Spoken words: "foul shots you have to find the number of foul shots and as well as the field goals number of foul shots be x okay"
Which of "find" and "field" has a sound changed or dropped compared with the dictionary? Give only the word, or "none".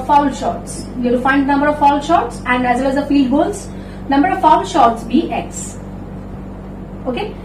field